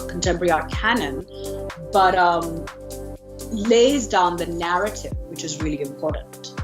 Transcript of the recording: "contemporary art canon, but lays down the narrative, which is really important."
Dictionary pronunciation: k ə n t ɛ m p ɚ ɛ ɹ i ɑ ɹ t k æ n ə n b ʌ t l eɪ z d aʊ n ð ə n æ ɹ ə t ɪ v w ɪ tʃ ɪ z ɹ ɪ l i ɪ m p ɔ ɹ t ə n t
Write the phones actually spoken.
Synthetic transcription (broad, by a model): k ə n t ɛ m p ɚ ɹ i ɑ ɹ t k æ n ə n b ʌ t l eɪ z d aʊ n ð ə n æ ɹ ə t ɪ v w ɪ tʃ ɪ z ɹ ɪ l i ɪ m p ɔ ɹ t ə n t